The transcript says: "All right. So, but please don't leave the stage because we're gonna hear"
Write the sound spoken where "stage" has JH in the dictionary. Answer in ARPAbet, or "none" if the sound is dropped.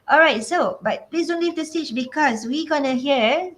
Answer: CH